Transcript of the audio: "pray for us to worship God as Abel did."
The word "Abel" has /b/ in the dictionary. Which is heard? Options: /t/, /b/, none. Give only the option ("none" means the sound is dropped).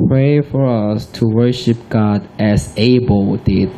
/b/